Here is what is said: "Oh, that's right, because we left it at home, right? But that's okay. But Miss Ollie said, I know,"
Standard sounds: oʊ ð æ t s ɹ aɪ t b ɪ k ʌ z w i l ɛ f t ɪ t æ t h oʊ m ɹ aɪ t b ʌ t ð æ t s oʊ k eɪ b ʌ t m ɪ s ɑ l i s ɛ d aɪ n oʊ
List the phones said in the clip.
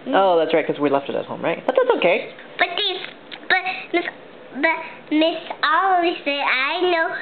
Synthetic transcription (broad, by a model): oʊ ð æ t s ɹ aɪ t k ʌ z w i l ɛ f t ɪ t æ t h oʊ m ɹ aɪ t b ʌ t ð æ t s oʊ k eɪ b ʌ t m ɪ s ɑ l i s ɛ aɪ n oʊ